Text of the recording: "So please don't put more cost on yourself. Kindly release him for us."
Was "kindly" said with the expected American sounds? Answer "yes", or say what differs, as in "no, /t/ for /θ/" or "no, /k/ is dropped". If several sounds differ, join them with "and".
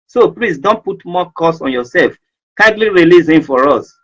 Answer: yes